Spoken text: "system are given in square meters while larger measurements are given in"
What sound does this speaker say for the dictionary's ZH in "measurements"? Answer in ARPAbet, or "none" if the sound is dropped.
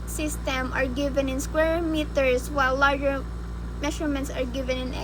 SH